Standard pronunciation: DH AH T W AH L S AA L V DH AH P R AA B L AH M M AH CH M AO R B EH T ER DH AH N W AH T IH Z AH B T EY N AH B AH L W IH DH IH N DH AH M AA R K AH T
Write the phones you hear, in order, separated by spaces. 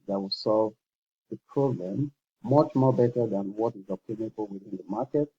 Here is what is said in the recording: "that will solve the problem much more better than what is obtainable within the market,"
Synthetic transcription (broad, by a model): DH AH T W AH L S AA L V DH AH P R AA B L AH M M AH CH M AO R B EH T ER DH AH N W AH T IH Z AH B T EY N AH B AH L W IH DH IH N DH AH M AA R K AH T